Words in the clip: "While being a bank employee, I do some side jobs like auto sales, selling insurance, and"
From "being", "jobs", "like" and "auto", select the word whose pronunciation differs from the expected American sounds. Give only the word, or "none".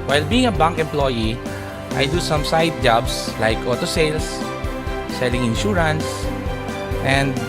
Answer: jobs